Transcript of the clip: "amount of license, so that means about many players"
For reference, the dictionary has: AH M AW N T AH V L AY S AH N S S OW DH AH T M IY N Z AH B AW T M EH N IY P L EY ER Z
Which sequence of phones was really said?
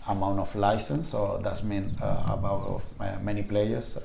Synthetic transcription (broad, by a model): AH M AW N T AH F L AY S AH N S S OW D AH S M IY N AH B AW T M EH N IY P L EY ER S